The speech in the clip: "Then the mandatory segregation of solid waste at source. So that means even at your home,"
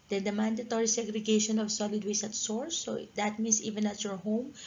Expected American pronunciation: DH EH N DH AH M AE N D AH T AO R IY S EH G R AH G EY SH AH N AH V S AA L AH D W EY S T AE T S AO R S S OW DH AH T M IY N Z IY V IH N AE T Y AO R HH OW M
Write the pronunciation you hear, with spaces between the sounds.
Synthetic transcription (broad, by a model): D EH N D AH M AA N D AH T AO R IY S EH G R AH G EY SH AH N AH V S AA L AH D W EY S AH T S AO R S S OW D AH T M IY N S IY V IH N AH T Y AO R HH OW M